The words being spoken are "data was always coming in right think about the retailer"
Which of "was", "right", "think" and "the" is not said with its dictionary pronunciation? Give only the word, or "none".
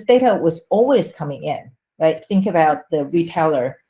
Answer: none